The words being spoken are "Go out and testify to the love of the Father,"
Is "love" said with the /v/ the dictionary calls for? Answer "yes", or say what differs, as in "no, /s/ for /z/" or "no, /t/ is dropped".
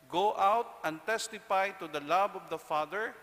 no, /b/ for /v/